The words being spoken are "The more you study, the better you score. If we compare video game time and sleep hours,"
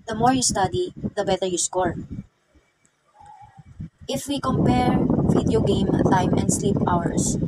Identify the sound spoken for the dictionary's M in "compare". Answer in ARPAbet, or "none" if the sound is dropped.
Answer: M